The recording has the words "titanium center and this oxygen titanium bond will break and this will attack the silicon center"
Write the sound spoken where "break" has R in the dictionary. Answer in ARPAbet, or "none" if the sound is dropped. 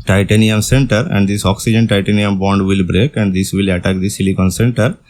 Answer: R